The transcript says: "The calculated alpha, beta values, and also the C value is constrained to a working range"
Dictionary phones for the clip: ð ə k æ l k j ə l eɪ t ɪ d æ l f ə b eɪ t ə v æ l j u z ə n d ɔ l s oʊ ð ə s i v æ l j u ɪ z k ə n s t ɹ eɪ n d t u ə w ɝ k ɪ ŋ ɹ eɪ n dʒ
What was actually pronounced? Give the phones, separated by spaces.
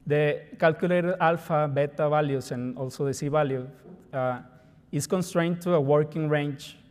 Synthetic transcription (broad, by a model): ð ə k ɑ l k j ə l eɪ t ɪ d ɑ l f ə b eɪ t ə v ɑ l j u s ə n ɔ l s oʊ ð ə s i b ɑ l j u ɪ s k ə n s t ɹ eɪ n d t u ə w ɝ k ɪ ŋ ɹ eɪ n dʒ